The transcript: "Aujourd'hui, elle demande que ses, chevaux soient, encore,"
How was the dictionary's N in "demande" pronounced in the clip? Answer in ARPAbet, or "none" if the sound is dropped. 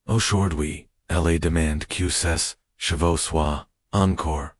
N